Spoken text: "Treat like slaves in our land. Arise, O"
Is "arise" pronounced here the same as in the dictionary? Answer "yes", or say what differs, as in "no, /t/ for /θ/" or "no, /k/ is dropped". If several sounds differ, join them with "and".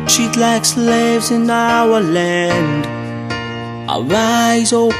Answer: yes